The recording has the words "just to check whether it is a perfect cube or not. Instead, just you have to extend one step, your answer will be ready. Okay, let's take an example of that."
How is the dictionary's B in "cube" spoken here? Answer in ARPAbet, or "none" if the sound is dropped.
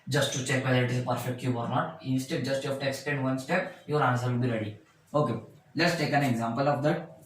none